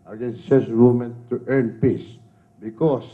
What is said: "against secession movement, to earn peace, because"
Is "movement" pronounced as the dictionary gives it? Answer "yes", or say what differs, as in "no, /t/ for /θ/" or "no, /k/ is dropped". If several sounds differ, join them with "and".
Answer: no, /v/ is dropped